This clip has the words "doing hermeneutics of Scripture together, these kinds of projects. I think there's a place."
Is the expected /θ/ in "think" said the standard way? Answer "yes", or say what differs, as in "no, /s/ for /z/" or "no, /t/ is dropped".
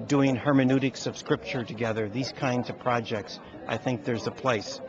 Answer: yes